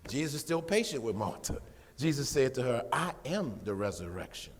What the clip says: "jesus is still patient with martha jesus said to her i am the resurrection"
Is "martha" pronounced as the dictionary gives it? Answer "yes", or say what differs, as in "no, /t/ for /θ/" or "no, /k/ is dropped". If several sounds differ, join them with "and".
no, /t/ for /θ/